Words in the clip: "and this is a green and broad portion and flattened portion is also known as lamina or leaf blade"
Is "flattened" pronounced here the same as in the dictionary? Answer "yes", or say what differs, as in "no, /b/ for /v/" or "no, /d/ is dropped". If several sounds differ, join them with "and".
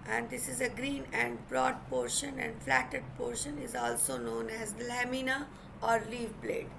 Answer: no, /n/ is dropped